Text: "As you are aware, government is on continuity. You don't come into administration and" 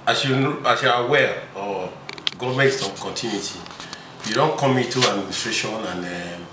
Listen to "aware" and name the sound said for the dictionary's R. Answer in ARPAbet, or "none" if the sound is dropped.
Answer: L